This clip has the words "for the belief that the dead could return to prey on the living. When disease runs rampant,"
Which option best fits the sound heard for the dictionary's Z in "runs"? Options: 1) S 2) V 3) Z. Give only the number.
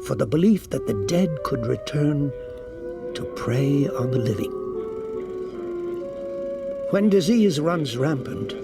3